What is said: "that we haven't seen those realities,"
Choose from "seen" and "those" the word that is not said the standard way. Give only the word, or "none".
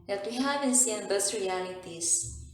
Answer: those